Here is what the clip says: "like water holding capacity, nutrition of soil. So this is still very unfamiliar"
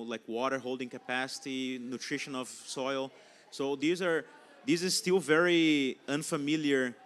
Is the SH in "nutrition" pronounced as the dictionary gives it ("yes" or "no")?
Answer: yes